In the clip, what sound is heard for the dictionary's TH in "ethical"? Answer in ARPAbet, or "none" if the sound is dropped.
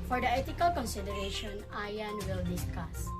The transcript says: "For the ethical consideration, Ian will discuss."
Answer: T